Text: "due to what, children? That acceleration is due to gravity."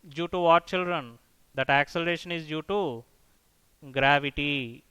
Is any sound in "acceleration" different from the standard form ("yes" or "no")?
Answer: no